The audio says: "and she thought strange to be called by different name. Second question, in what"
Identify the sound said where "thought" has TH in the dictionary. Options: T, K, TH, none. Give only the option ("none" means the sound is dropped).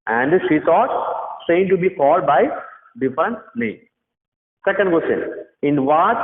T